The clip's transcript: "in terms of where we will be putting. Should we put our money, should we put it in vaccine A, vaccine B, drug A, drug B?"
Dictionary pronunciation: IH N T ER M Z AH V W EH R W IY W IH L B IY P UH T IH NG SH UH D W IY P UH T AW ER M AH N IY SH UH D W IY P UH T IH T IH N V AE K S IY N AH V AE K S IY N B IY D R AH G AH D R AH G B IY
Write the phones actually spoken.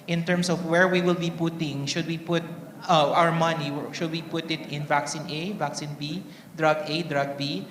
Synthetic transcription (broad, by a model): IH N T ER M S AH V W EH R W IY W IH L B IY P UH T IH NG SH UH D W IY P UH T AW ER M AH N IY SH UH D W IY P UH T IH T IH N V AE K S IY N AH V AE K S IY N B IY D R AH G AH D R AH G B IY